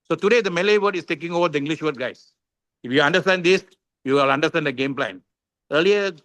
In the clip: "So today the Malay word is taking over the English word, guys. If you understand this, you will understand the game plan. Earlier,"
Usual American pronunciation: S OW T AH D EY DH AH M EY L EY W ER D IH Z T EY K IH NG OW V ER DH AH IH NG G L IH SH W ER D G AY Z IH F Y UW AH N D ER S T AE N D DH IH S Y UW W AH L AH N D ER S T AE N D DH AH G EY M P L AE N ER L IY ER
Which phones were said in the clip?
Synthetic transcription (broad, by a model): S OW T AH D EY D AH M EY L EY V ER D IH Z T EY K IH NG OW V ER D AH IH NG G L IH SH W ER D G AY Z IH F Y UW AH N D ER S T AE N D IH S Y UW L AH N D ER S T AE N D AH G EY M P L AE N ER L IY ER